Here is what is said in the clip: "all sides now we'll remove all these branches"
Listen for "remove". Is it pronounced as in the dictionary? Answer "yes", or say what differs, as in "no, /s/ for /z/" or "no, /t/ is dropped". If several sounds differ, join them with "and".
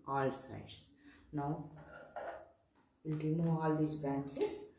no, /v/ is dropped